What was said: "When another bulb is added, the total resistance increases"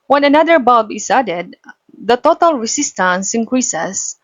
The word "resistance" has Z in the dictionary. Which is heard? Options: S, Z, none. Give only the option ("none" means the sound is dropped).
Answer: S